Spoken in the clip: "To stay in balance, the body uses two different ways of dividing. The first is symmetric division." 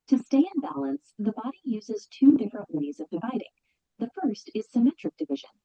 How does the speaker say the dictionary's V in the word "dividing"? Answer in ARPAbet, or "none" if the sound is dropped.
V